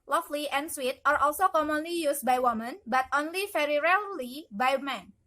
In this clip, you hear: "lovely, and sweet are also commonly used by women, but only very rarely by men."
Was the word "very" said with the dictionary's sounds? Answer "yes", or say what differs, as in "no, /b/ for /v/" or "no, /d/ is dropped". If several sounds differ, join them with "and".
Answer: no, /f/ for /v/